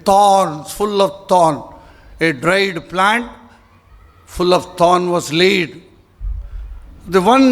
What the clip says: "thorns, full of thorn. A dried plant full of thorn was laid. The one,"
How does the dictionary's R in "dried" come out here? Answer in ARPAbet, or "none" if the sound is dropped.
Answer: R